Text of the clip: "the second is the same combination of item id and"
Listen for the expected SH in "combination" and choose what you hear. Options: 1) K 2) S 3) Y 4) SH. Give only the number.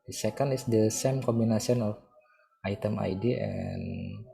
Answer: 2